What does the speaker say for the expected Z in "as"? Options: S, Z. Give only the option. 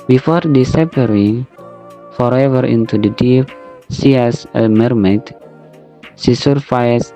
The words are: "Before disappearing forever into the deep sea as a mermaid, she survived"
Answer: S